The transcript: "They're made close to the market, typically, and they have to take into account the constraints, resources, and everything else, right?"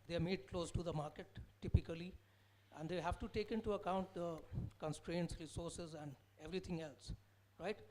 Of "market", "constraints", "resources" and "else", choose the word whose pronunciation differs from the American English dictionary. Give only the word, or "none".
none